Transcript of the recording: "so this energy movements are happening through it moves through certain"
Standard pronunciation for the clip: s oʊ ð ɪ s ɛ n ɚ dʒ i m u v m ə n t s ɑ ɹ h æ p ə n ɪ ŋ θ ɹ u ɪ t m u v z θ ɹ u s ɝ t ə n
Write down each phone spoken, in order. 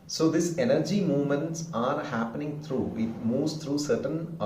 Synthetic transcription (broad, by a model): s oʊ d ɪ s ɛ n ɚ dʒ i m u v m ə n t s ɑ ɹ h æ p ə n ɪ ŋ t ɹ u ɪ t m u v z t ɹ u s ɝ t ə n